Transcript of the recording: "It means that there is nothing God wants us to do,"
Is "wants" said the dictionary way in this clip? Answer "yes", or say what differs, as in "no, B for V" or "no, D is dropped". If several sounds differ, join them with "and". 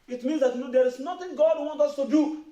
no, S is dropped